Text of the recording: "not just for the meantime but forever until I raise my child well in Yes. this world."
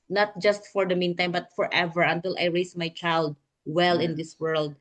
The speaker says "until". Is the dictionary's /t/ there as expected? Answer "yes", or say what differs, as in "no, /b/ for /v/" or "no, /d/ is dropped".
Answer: yes